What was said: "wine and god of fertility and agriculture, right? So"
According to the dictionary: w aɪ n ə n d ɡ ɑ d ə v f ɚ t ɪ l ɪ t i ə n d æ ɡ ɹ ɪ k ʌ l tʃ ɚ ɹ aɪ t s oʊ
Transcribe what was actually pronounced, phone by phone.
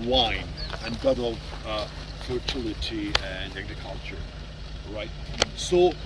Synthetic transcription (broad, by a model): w aɪ n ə n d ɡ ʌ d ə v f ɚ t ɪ l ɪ t i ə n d æ ɡ ɹ ɪ k ʌ l tʃ ɚ ɹ aɪ t s oʊ